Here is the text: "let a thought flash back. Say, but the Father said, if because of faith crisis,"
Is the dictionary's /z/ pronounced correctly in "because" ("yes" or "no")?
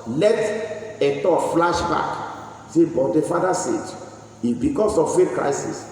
no